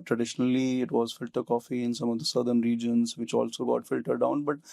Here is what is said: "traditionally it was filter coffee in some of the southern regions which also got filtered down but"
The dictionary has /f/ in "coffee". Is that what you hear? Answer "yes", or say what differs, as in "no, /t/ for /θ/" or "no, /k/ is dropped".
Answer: yes